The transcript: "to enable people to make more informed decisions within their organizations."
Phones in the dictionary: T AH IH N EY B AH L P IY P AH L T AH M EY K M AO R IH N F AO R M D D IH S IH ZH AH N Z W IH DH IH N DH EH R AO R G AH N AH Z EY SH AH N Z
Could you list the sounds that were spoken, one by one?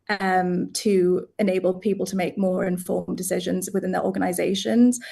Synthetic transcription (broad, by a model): T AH IH N EY B AH L P IY P AH L T AH M EY K M AO R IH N F AO M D D IH S IH ZH AH N Z W IH DH IH N DH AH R AO G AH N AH Z EY SH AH N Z